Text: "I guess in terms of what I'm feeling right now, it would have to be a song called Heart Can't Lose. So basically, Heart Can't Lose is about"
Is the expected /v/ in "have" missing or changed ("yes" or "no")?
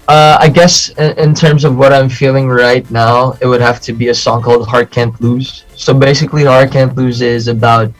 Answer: yes